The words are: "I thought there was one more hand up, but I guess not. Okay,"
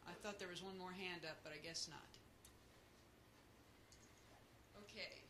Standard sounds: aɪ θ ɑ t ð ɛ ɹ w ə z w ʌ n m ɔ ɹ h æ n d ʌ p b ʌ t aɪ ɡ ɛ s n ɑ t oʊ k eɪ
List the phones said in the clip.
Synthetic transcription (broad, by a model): aɪ θ ɑ t ð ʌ ɹ w ə z w ʌ n m ɔ ɹ h æ n d ʌ p b ʌ t aɪ ɡ ɛ s n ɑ t oʊ k eɪ